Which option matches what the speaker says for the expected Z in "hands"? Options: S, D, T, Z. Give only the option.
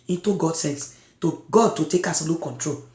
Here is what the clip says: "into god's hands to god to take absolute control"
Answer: S